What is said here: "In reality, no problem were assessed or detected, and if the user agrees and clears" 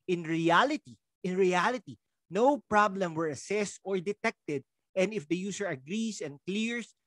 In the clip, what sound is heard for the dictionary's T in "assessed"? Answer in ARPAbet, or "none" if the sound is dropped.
T